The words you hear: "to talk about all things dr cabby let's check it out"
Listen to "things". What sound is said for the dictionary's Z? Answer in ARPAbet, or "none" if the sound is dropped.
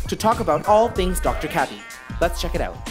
Z